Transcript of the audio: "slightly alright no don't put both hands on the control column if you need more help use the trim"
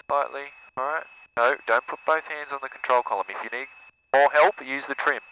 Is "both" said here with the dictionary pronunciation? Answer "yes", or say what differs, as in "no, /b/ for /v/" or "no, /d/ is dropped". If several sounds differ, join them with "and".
yes